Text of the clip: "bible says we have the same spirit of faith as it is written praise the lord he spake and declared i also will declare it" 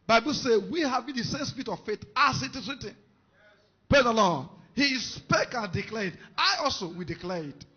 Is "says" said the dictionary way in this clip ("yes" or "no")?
no